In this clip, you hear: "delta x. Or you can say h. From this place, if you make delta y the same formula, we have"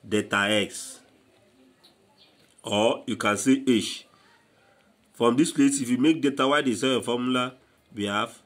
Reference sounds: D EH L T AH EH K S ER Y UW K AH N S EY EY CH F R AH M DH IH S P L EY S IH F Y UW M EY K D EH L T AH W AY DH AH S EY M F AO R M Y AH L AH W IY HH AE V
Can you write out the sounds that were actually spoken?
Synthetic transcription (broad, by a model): D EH T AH EH K S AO Y UW K AH N S EY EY SH F R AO M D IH S P L EY S IH F Y UW M EY K D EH T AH W AY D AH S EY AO F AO M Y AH L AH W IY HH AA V